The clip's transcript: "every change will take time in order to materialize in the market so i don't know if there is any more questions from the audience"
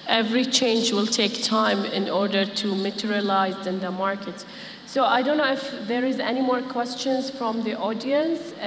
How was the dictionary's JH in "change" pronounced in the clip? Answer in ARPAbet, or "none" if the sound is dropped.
JH